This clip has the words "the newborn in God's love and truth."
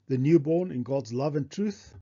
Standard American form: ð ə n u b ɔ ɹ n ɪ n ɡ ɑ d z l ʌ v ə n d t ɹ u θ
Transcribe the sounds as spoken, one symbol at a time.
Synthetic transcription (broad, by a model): ð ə n u b ɔ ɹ n ɪ n ɡ ɑ d z l ʌ v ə n t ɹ u θ